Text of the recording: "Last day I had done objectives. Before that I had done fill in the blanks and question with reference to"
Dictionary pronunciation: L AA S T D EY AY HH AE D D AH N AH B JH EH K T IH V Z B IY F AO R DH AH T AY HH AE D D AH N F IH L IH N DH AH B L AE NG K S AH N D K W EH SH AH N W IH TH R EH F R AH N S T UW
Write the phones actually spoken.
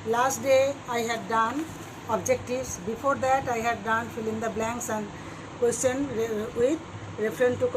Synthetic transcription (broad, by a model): L AA S T D EY AY HH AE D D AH N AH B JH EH K T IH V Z B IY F AO R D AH T AY HH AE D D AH N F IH L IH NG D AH B L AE NG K S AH N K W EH S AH N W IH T R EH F R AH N T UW